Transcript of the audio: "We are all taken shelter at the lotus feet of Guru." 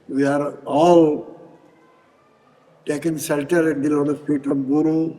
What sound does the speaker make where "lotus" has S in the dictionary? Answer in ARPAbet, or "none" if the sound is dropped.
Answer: none